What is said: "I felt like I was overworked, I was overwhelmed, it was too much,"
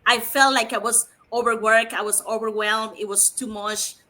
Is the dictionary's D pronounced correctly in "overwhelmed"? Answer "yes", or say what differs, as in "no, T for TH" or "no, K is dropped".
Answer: no, D is dropped